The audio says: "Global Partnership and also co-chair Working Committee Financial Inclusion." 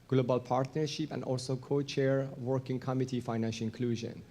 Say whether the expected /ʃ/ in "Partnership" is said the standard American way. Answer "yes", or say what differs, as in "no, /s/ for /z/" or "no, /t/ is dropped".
yes